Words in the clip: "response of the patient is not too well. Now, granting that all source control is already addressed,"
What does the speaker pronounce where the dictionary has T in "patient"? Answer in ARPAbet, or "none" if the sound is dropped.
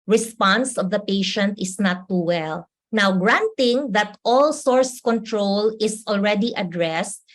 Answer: T